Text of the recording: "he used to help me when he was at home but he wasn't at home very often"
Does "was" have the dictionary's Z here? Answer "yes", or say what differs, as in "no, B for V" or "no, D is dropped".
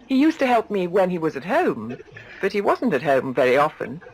yes